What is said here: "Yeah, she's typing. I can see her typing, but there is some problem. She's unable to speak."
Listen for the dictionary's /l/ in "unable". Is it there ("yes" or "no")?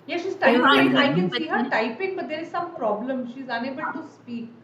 no